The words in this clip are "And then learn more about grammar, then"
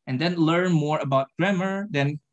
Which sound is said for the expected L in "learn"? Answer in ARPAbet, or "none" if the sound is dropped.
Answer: L